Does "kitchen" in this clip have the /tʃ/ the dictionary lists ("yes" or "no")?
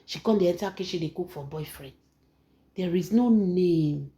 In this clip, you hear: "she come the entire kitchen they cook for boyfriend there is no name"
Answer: no